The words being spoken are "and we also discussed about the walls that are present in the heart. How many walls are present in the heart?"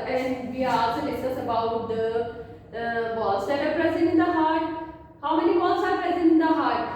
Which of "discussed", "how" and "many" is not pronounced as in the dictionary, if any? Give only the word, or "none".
discussed